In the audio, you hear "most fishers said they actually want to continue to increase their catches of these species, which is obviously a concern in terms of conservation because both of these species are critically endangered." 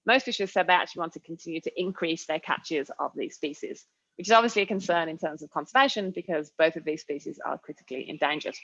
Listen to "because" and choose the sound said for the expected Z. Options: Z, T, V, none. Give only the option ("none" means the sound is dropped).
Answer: Z